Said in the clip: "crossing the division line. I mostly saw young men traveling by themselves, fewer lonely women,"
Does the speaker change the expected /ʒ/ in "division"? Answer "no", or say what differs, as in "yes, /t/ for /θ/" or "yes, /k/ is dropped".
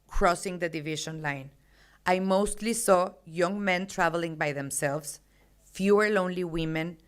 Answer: yes, /ʃ/ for /ʒ/